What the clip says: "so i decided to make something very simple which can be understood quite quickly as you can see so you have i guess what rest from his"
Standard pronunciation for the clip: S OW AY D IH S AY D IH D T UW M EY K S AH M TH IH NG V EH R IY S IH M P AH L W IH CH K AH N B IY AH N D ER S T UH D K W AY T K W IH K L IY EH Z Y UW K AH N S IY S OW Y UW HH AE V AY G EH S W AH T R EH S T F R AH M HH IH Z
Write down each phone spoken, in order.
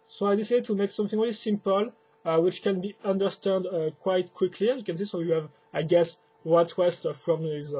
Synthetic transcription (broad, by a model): S OW AY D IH S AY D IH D T UW M EY K S AH M TH IH NG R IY L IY S IH M P AH L W IH CH K AH N B IY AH N D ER S T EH D K W AY T K W IH K L IY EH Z Y UW K AH N S IY S OW Y UW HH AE V AY G EH S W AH T W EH S T F R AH M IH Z